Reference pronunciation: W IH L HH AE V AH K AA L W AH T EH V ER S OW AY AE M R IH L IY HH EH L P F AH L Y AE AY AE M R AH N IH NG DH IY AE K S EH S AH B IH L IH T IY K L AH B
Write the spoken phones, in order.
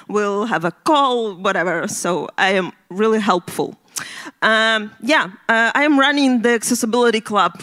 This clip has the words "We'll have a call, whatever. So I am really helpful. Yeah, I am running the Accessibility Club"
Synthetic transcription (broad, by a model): W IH L HH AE V AH K AA L W AH T EH V ER S OW AY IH M R IH L IY HH EH L P F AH L Y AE AY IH M R AH N IH NG DH IY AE K S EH S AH B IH L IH T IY K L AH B